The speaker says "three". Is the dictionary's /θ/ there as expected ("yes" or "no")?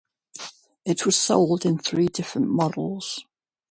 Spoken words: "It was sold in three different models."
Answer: yes